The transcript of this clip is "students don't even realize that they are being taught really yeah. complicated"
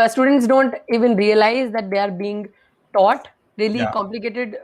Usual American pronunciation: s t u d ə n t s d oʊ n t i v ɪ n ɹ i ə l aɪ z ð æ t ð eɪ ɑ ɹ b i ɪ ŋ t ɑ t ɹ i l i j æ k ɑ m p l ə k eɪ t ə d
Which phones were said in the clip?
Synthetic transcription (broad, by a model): s t u d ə n t s d oʊ n t i v ɪ n ɹ i ə l aɪ z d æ t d eɪ ɑ ɹ b i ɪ ŋ t ɑ t ɹ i i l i k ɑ m p l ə k eɪ t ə d